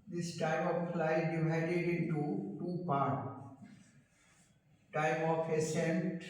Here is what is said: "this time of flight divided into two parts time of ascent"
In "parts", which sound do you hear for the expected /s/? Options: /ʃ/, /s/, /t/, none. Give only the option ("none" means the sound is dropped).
none